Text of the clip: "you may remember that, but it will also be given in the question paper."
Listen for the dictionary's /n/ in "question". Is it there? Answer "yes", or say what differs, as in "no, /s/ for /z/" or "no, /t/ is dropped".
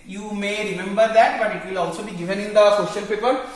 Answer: no, /l/ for /n/